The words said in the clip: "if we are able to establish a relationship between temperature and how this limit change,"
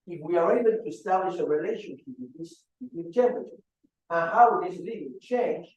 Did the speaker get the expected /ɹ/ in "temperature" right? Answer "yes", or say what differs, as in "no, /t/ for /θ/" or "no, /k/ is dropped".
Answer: no, /ɹ/ is dropped